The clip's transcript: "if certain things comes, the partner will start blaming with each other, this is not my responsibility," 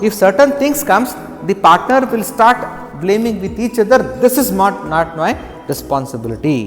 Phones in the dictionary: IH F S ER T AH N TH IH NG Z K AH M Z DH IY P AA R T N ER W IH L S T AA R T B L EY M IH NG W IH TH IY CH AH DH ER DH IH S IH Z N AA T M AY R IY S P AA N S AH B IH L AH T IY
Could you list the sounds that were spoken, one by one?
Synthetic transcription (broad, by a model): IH F S ER T AH N T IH NG S K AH M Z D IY P AA R T N ER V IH L S T AA R T B L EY M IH NG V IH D IY CH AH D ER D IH S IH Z N AA T M AY R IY S P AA N S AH B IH L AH T IY